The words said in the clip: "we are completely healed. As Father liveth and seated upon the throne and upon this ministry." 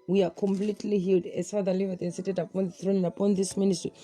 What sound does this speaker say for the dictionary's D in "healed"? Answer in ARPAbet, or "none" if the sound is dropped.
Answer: D